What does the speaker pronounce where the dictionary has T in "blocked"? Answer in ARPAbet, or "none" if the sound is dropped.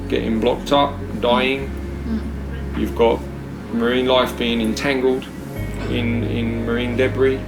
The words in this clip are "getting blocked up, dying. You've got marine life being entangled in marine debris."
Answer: T